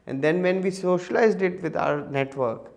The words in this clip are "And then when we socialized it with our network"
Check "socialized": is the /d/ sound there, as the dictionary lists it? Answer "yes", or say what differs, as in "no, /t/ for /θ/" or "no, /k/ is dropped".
yes